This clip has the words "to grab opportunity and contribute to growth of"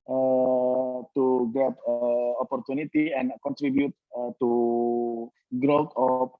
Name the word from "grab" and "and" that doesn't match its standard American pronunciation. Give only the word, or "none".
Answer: grab